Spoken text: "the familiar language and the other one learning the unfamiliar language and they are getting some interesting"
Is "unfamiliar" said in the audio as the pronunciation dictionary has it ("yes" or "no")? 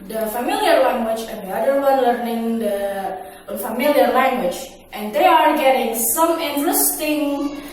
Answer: no